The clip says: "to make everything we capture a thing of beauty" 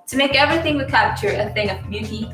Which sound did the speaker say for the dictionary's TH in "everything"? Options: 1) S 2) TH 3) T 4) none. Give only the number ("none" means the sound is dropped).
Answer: 2